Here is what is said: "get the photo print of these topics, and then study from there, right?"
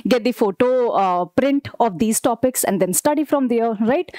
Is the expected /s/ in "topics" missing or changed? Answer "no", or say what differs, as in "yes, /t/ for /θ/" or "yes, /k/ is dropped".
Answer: no